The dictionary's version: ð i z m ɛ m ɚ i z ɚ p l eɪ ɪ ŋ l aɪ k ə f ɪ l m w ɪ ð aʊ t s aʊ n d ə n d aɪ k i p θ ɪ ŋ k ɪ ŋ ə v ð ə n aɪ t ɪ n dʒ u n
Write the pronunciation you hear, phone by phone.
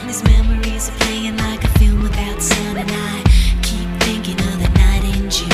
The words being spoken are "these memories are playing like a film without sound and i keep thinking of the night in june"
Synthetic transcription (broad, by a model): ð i z m ɛ m ɚ i z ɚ p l eɪ ɪ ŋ l aɪ k ə f ɪ l m w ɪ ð aʊ t s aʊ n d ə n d aɪ k i p θ ɪ ŋ k ɪ ŋ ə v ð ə n aɪ t ɪ n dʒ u